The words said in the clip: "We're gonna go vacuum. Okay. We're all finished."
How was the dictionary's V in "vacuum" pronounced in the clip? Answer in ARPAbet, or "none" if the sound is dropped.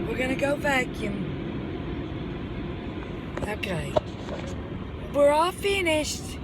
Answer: B